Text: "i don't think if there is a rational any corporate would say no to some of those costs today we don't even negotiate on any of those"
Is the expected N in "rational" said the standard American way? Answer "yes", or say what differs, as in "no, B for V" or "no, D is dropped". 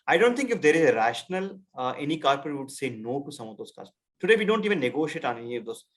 yes